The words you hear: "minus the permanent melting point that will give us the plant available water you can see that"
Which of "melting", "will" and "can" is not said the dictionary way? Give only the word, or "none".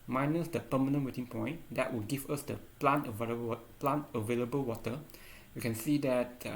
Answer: melting